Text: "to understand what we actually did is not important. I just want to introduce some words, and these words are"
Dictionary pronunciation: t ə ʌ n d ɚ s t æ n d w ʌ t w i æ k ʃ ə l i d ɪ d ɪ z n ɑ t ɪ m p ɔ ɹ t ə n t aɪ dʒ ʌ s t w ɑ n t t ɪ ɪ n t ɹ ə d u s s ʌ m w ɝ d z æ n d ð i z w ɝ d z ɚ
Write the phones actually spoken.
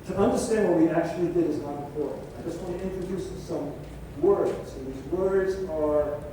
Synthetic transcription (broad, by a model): t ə ʌ n d ɚ s t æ n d w ʌ t w i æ k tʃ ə l i d ɪ d ɪ z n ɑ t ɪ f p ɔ ɹ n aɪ dʒ ʌ s t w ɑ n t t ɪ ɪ n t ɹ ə d u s s ʌ m w ɝ d z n ð i z w ɝ d z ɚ